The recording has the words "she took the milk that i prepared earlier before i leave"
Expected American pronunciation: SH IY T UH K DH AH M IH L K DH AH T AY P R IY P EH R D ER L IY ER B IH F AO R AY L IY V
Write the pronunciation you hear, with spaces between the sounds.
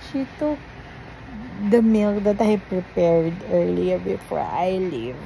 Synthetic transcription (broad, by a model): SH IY T UH K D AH M IH L K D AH T AY P R IY P EH R D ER L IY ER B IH F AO R AY L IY V